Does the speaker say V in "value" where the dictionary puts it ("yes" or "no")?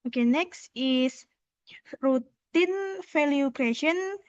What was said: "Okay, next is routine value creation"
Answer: no